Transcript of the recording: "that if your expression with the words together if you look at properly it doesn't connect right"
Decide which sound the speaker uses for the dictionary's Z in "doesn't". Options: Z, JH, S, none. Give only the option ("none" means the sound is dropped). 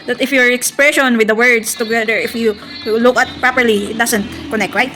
S